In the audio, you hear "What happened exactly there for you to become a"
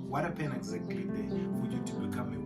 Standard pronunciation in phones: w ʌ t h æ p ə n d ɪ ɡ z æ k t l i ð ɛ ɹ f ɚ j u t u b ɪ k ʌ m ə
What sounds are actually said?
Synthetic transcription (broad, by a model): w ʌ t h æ p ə n ɪ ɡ z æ k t l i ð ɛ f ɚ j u t u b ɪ k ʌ m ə